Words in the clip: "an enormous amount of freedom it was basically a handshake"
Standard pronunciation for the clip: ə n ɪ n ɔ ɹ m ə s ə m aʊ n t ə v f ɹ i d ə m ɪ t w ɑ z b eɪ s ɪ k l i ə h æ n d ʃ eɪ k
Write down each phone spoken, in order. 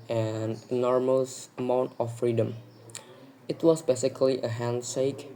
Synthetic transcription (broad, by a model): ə n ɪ n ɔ ɹ m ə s ə m aʊ n t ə f f ɹ i d ə m ɪ t w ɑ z b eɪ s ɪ k l i ə h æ n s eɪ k